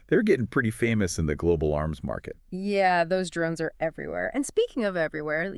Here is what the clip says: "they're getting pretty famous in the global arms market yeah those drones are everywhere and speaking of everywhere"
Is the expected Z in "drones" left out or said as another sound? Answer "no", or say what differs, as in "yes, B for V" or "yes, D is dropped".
no